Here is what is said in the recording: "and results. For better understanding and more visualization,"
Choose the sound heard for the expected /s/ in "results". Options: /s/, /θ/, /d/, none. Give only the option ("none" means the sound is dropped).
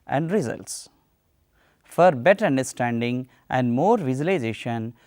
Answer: /s/